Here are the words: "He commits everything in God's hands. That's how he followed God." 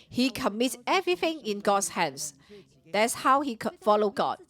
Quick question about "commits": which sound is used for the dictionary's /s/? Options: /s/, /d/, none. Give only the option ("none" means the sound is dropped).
none